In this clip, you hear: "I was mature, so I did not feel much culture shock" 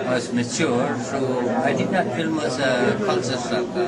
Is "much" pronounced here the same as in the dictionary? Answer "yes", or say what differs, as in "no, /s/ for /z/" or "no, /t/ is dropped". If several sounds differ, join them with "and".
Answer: no, /s/ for /tʃ/